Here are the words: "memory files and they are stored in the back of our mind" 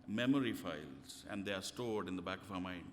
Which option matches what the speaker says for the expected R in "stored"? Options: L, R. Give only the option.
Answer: R